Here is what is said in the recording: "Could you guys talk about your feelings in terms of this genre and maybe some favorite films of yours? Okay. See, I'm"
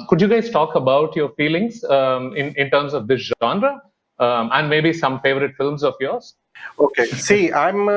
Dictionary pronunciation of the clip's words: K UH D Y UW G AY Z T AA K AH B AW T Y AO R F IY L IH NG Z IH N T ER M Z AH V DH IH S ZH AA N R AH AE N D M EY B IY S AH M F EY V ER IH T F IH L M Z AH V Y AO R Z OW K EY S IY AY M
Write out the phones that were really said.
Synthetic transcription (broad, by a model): K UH D Y UW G AY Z T AA K AH B AW T Y AO R F IY L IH NG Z IH N T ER M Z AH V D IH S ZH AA N R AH AE N D M EY B IY S AH M F EY V ER IH T F IH L M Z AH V Y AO R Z OW K EY S IY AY M